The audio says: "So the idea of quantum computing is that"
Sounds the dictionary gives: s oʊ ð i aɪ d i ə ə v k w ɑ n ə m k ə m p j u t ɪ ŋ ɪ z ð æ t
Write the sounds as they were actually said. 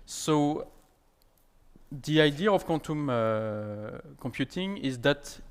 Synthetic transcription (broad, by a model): s oʊ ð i aɪ d i ə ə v k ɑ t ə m k ə m p j u t ɪ ŋ ɪ z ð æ t